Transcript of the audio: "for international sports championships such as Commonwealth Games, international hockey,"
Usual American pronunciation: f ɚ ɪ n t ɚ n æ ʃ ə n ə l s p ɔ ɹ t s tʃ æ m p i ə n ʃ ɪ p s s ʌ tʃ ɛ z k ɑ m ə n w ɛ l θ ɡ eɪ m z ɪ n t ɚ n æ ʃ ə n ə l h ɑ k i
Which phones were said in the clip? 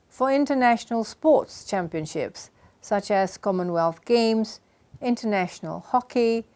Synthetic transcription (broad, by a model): f ɚ ɪ n t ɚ n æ ʃ ə n ə l s p ɔ t s tʃ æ m p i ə n ʃ ɪ p s s ʌ tʃ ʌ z k ɑ m ə n w ɛ l θ ɡ eɪ m z ɪ n t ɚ n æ ʃ ə n ə l h ɑ k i